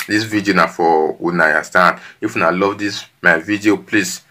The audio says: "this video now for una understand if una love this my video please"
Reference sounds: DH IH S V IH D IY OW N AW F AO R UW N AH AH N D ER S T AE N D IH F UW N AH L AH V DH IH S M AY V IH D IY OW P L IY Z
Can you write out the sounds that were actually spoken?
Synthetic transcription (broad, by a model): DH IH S V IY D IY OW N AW F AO W UW N AH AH S T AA N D IH F UW N AH L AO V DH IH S M AY V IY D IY OW P L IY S